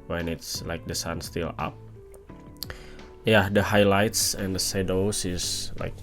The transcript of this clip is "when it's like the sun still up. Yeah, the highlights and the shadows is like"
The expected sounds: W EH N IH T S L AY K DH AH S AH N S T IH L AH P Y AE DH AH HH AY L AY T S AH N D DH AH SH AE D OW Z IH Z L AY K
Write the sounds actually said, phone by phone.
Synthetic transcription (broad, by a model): W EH N IH T S L AY K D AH S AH N S T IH L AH P Y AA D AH HH AY L AY T S AH N D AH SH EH D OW S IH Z L AY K